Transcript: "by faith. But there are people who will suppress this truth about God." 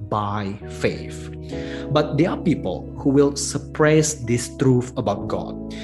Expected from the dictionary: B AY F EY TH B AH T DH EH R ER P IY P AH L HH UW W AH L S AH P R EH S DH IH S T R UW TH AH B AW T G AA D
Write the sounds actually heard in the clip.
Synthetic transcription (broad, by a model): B AY F EY F B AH T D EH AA P IY P AH L HH UW W AH L S AH P R EH S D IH S T R UW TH AH B AW T G AA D